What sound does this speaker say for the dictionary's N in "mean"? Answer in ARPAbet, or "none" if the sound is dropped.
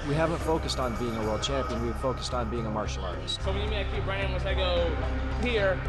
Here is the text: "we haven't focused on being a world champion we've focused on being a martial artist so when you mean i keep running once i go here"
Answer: none